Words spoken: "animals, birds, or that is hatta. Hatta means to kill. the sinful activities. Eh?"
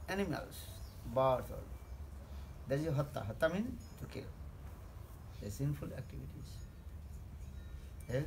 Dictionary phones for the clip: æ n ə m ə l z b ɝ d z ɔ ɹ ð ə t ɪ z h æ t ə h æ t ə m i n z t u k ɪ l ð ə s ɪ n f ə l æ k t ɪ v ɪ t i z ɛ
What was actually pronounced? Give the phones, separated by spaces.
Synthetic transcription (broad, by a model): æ n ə m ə l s b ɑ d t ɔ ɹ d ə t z h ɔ t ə h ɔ t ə m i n t u k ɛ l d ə s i n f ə l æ k t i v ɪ t i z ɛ